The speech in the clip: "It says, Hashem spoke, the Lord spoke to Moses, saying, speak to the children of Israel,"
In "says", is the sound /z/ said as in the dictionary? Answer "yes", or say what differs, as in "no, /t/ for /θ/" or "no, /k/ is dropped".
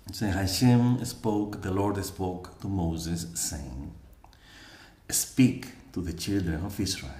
no, /z/ is dropped